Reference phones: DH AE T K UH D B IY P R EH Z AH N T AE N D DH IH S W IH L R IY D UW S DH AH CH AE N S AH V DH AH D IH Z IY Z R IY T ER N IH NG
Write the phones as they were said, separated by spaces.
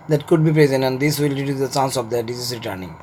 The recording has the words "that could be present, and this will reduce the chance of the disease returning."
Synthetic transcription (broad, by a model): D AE T K UH D B IY P R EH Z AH N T AE N D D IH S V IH L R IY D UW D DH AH S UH N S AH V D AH D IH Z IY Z R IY T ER N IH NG